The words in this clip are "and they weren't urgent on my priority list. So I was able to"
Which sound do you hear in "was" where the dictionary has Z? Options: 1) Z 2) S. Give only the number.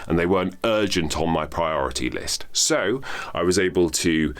1